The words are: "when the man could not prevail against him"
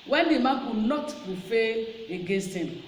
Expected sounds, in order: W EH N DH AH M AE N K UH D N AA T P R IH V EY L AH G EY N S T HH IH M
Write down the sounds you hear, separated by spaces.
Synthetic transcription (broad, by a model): W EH N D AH M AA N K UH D N AA T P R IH F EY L AH G EY N S T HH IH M